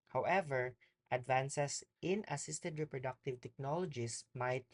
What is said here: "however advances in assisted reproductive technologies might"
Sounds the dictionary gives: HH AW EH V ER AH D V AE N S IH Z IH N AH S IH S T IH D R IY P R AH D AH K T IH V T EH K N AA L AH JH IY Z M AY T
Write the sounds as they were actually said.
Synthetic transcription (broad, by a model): HH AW EH V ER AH D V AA N S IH S IH N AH S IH S T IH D R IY P R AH D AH K T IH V T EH K N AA L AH JH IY S M AY T